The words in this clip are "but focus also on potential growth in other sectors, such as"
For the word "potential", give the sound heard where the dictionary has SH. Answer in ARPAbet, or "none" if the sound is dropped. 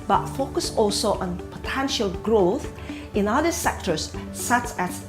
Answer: SH